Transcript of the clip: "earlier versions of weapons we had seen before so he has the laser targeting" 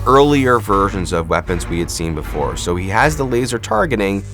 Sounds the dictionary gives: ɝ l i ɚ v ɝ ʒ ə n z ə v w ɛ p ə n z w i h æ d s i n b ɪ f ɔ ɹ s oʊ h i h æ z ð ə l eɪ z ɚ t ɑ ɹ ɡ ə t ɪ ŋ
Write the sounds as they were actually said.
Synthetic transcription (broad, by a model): ɝ l i ɚ v ɝ ʒ ə n z ə v w ɛ p ə n z w i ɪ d s i n b ɪ f ɔ ɹ s oʊ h i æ z ð ə l eɪ z ɚ t ɑ ɹ ɡ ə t ɪ ŋ